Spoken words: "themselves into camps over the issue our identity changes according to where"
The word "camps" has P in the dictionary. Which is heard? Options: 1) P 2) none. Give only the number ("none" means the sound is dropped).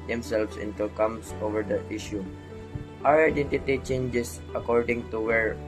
2